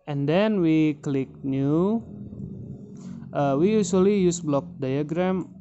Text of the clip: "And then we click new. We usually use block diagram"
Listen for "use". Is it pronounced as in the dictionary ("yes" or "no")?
yes